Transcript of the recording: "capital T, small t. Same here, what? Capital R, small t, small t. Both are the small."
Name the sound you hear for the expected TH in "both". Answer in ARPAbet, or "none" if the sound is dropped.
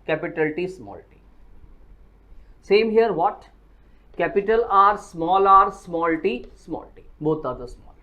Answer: T